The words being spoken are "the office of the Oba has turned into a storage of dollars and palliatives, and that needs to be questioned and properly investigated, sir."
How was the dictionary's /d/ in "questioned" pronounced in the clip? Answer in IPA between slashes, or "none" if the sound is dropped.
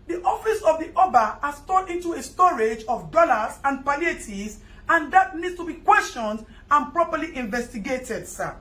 /d/